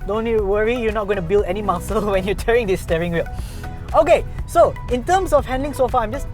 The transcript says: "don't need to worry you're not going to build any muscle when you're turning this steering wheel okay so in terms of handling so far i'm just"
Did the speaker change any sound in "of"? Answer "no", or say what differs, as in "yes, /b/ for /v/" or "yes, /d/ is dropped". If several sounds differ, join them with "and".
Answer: yes, /f/ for /v/